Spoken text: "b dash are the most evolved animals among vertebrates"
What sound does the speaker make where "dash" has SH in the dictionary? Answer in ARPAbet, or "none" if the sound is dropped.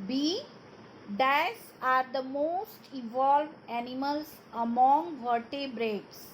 S